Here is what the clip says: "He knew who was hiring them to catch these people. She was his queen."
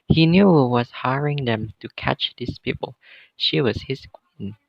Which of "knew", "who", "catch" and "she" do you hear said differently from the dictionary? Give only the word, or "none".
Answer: none